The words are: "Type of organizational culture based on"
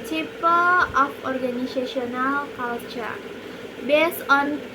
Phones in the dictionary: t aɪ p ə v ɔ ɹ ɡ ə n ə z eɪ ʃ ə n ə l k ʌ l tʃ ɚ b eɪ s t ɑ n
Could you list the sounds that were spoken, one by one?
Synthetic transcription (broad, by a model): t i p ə p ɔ ɹ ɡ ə n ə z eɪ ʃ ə n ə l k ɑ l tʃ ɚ b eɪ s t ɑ n